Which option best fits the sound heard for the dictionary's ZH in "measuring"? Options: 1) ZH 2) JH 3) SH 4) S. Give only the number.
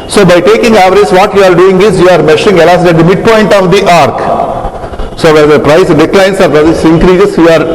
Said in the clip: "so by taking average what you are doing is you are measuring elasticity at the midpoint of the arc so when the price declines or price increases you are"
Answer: 3